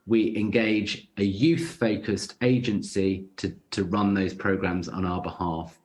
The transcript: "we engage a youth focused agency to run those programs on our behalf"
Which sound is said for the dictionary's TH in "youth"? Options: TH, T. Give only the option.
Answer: TH